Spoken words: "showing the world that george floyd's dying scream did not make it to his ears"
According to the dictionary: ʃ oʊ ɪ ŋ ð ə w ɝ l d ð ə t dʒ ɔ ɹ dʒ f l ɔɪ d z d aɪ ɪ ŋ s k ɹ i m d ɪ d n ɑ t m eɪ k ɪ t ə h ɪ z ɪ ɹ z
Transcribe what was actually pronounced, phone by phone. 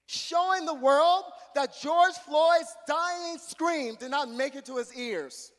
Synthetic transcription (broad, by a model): ʃ oʊ ɪ ŋ ð ə w ɝ l d ð ə t dʒ ɔ ɹ dʒ f l ɔɪ d z d aɪ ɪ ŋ s k ɹ i m d ɪ d n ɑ t m eɪ k ɪ t ə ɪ z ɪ ɹ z